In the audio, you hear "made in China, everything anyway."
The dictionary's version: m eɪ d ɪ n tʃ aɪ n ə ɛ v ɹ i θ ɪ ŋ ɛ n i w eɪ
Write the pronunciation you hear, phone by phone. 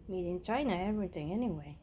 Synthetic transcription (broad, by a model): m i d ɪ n tʃ aɪ n ə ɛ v i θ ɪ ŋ ɛ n i w eɪ